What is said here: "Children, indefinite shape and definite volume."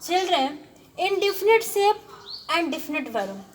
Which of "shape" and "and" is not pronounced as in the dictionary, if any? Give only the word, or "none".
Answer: shape